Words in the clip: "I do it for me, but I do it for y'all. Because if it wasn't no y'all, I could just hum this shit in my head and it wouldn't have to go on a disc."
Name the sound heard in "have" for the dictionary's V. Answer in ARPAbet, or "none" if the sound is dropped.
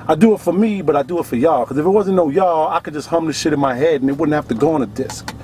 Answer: F